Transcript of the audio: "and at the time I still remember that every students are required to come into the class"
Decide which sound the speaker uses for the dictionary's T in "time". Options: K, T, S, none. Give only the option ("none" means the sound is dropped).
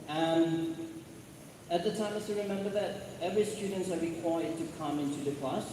T